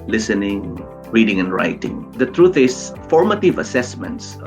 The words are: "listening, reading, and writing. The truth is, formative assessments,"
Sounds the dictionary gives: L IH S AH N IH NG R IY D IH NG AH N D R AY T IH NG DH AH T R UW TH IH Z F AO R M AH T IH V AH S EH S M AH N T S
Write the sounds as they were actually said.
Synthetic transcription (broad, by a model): L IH S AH N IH NG R IY D IH NG AH N D R AY T IH NG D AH T R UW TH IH S F AO R M AH T IH V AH S EH S M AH N T S